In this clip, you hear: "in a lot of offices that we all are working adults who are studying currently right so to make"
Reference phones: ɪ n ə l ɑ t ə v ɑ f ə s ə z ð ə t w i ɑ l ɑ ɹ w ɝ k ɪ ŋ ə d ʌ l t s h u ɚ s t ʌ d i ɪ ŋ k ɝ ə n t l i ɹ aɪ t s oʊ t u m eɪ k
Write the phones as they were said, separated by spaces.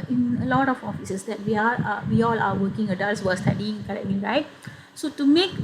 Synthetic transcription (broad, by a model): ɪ n ə l ɑ t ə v ɑ f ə s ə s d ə t w i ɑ w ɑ l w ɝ k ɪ ŋ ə d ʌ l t s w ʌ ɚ s t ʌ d i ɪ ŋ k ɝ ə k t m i ɹ aɪ t s oʊ t u m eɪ k